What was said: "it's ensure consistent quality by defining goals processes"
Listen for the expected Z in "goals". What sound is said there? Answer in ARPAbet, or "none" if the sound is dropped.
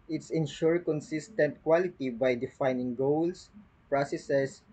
S